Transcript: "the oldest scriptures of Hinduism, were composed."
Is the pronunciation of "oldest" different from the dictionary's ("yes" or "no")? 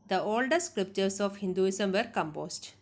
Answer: yes